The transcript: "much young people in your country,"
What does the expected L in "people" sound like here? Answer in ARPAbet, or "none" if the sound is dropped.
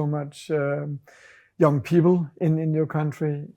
N